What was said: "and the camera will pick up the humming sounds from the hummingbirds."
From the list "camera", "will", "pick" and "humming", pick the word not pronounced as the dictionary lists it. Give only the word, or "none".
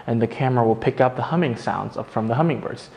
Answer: none